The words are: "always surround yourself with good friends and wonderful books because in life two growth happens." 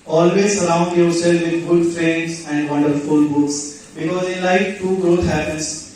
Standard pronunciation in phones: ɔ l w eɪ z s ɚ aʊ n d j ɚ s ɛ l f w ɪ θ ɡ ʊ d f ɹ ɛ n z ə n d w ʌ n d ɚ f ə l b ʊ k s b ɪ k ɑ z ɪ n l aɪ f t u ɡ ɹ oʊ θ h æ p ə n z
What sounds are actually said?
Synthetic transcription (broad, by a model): ɔ l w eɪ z s ɚ aʊ n d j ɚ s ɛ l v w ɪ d ɡ ʊ d f ɹ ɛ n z ə n d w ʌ n d ɚ f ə l b ʊ k s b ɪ k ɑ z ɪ l aɪ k t u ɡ ɹ oʊ t h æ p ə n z